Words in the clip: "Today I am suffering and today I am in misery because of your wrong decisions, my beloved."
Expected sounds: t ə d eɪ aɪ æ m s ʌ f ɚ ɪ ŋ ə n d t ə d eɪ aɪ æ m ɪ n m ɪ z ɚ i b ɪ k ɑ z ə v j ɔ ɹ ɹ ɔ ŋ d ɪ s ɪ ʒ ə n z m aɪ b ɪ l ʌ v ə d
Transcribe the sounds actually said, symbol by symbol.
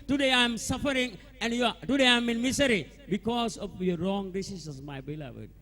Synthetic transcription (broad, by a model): t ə d eɪ aɪ m s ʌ f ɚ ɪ ŋ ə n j t ə d eɪ aɪ m ɪ n m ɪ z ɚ i b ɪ k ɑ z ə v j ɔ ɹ ɹ ɔ ŋ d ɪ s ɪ s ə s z m aɪ b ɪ l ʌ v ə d